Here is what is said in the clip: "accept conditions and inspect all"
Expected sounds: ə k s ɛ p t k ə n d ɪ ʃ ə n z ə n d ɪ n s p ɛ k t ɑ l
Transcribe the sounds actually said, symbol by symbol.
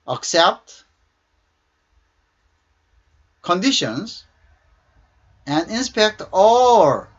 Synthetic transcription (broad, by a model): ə k s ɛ p t k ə n d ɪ ʃ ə n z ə n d ɪ n s p ɛ k t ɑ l